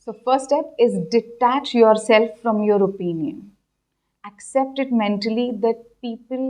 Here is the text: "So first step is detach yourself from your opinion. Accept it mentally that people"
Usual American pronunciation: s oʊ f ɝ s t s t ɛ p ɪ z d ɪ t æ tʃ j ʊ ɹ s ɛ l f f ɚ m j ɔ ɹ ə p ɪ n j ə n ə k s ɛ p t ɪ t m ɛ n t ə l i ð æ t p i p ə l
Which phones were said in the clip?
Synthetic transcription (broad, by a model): s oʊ f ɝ t s t ɛ p ɪ z d ɪ t æ tʃ j ʊ ɹ s ɛ l f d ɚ m j ɔ ɹ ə p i n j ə n ə k s ɛ p t ɪ t m ɛ n t ə l i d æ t p i p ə l